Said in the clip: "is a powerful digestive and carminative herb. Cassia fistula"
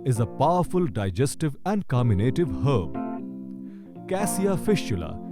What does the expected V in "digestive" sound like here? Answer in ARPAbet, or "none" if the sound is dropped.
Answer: V